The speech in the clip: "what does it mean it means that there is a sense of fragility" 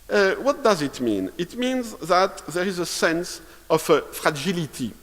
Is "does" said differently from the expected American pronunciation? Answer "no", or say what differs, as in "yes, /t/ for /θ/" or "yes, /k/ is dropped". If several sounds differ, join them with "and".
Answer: no